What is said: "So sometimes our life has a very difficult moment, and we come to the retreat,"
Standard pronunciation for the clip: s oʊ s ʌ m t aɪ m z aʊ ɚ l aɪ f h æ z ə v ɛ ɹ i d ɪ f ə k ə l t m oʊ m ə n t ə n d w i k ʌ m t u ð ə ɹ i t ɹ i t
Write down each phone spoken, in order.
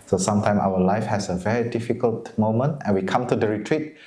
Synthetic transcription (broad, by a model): s oʊ s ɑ m t aɪ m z aʊ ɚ l aɪ f h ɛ s ə v ɛ ɹ i d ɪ f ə k ə l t m oʊ m ə n t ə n w i k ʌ m t u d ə ɹ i t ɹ i t